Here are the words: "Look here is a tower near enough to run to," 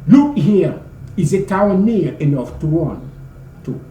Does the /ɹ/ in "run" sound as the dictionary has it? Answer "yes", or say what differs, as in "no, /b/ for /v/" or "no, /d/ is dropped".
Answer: no, /w/ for /ɹ/